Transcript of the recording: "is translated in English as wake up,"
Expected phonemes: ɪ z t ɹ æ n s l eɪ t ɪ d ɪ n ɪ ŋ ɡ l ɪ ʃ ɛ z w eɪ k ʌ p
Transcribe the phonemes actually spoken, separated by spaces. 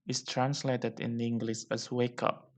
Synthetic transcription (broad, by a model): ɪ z t ɹ æ n s l eɪ t ɪ d ɪ n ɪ ŋ ɡ l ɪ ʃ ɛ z w eɪ k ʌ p